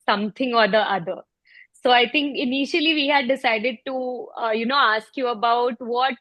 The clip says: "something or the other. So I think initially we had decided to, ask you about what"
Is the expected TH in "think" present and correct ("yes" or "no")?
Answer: no